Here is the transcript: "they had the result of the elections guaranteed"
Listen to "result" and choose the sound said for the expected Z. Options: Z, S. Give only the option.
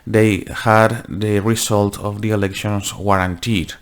S